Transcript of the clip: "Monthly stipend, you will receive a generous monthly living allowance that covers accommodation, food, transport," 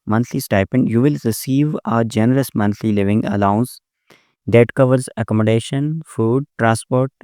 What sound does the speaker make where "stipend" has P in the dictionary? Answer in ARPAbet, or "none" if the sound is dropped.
P